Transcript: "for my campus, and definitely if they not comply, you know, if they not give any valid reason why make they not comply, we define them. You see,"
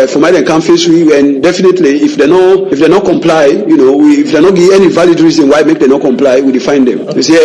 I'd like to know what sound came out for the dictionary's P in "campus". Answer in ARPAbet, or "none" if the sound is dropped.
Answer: F